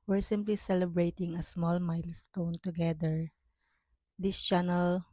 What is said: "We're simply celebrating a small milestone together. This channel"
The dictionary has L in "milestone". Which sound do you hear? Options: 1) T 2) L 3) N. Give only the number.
2